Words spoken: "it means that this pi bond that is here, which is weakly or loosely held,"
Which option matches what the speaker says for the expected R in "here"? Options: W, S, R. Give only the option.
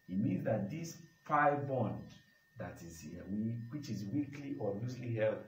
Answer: W